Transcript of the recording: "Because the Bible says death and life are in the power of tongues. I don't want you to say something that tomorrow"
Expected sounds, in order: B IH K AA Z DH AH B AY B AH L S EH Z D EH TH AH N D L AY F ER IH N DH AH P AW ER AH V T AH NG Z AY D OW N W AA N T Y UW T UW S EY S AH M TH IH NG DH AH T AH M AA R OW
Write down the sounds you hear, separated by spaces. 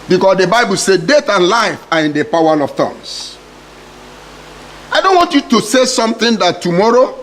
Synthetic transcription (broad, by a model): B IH K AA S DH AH B AY B AH L S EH D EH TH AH N L AY F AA IH N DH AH P AW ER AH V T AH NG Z AY D OW N W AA N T Y UW T UW S EY S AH M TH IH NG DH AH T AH M AA R OW